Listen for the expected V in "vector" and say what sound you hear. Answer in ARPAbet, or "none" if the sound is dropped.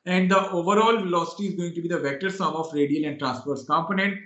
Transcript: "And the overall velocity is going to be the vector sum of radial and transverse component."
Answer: V